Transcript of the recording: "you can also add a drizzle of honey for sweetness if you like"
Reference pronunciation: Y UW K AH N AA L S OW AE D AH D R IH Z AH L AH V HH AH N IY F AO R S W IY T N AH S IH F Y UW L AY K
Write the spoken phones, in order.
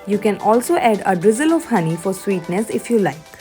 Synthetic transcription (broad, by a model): Y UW K AH N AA L S OW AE D AH D R IH Z AH L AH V HH AH N IY F AO R S W IY T N AH S IH F Y UW L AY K